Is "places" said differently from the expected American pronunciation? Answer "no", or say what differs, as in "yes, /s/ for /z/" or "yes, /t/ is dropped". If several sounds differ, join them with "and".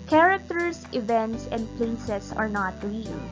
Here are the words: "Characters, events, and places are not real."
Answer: yes, /s/ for /z/